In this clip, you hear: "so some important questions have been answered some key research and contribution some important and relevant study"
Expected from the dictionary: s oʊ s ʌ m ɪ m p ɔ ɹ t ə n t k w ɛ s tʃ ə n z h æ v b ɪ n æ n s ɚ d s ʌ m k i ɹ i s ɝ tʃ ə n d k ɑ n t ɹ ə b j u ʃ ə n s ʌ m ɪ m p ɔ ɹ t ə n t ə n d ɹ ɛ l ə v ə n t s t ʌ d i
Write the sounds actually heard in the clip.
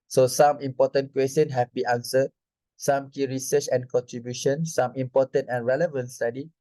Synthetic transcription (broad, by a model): s oʊ s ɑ m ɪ m p ɔ t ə n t k w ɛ s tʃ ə n h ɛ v b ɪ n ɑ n s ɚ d s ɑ m k i ɹ i s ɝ tʃ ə n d k ɑ n t ɹ ə b j u ʃ ə n s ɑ m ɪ m p ɔ t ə n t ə n ɹ ɛ l ə v ə n t s t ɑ d i